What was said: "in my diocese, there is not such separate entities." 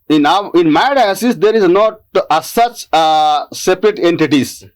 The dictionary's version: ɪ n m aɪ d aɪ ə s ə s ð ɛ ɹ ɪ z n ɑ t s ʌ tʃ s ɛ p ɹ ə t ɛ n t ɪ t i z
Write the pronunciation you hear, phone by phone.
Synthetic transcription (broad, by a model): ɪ n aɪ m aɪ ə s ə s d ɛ ɹ ɪ z n ɑ t s ʌ tʃ s ɛ p ɹ ə t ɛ n t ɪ t i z